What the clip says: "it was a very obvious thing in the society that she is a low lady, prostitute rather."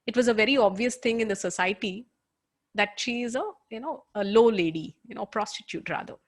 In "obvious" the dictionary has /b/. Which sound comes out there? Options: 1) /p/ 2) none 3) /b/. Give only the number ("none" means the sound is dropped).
3